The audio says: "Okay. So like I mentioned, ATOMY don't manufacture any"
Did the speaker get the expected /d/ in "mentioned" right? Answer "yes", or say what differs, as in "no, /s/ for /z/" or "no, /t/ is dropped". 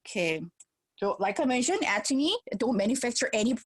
no, /d/ is dropped